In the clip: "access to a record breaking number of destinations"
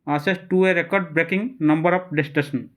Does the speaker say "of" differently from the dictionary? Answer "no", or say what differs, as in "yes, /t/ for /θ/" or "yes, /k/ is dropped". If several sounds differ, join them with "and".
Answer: yes, /p/ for /v/